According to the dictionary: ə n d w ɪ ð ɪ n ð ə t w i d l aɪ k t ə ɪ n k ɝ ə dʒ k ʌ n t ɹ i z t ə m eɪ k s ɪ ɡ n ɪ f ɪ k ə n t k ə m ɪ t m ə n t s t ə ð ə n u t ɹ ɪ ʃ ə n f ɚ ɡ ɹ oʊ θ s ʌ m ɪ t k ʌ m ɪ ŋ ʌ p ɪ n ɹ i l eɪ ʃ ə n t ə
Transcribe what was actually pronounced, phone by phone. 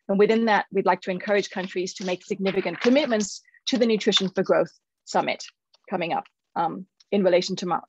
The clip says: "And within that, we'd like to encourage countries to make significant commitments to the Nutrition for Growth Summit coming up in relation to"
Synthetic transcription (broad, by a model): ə n w ɪ ð ɪ n ð ə t w i d l aɪ k t ə ɪ n k ɝ ə dʒ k ʌ n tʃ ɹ i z t ə m eɪ k s ɪ ɡ n ɪ f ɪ k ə n k ə m ɪ t m ə n t s t ə ð ə n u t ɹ ɪ ʃ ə n f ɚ ɡ ɹ oʊ θ s ʌ m ɪ t k ʌ m ɪ ŋ ʌ p ɪ n ɹ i l eɪ ʃ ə n t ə